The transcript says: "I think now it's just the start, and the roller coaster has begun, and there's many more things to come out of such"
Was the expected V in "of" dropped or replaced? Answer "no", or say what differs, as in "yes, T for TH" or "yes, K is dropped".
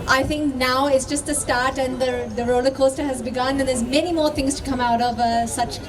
no